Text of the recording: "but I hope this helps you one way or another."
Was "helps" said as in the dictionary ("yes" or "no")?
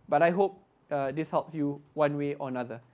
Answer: yes